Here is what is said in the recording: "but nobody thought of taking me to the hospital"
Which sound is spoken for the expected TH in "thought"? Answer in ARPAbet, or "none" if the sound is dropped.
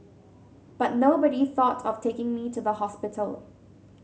TH